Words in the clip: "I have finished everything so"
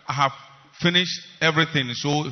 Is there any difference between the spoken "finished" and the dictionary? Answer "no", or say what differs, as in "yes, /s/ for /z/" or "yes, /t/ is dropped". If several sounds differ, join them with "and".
no